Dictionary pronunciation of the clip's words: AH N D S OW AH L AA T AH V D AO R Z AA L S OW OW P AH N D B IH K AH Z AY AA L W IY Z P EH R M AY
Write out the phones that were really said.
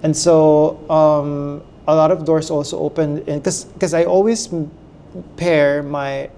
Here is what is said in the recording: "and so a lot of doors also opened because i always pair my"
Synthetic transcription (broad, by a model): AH N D S OW AH L AA T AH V D AO R S AA L S OW OW P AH N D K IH K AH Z AY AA L W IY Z P EH R M AY